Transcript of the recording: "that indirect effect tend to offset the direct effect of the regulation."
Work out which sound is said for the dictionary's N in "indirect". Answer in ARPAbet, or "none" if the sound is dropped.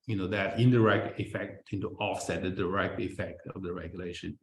N